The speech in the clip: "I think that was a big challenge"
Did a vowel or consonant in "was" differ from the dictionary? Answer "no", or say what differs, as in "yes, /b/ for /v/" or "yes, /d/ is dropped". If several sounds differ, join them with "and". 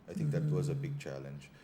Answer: no